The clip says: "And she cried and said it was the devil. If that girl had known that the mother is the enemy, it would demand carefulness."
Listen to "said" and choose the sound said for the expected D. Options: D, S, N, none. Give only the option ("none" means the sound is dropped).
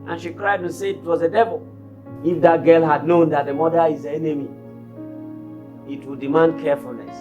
none